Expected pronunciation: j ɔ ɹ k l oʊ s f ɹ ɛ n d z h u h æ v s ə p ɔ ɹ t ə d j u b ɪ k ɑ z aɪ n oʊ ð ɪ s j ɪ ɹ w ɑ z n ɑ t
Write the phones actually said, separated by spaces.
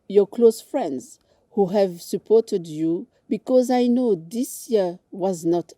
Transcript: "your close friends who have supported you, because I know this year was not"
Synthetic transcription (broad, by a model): j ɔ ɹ k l oʊ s f ɹ ɛ n d z h u h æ v s ə p ɔ ɹ t ə d j u b ɪ k ɑ z aɪ n oʊ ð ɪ s j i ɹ w ɑ z n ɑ t